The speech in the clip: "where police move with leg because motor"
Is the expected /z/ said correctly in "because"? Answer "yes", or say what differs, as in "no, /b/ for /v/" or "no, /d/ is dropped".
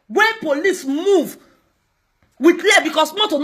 no, /s/ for /z/